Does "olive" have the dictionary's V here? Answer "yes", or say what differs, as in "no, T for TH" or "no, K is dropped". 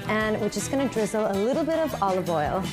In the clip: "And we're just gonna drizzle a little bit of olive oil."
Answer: yes